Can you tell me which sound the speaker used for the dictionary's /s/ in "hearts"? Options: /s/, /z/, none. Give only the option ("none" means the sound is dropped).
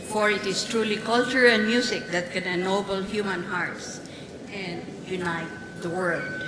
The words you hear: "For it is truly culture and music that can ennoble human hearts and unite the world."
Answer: /s/